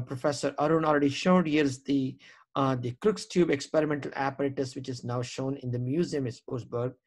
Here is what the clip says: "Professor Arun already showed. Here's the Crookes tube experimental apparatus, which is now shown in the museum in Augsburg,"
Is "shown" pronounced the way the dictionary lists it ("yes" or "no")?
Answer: yes